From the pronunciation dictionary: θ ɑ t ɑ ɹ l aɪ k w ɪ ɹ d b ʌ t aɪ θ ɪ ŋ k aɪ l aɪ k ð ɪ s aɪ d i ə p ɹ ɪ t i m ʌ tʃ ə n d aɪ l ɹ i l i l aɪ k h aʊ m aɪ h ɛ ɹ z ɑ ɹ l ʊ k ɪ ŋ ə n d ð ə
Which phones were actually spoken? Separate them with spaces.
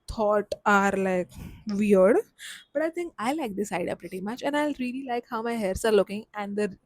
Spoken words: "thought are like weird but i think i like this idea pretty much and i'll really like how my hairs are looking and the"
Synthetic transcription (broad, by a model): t ɑ t ɑ ɹ l aɪ k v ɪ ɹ d b ʌ t aɪ t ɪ ŋ k aɪ l aɪ k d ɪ s aɪ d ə p ɹ ɪ t i m ʌ tʃ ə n aɪ l ɹ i l i l aɪ k h aʊ m aɪ h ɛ ɹ s ɑ ɹ l ʊ k ɪ ŋ ə n d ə